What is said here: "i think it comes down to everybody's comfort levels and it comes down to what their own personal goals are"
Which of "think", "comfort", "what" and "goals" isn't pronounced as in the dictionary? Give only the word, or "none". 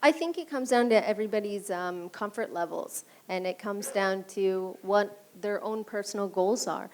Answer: none